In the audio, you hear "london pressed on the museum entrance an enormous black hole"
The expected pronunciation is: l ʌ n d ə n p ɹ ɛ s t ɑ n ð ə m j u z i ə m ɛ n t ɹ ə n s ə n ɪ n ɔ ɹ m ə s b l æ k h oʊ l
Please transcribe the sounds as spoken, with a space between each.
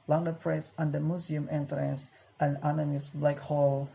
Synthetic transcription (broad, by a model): l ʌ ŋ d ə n p ɹ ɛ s ɑ n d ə m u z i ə m ɛ n t ɹ ə n s ə n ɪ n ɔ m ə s b l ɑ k h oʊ l